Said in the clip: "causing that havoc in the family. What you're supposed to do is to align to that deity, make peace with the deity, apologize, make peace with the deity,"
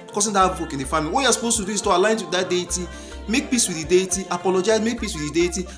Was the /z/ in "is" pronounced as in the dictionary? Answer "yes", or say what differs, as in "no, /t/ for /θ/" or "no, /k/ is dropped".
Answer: no, /s/ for /z/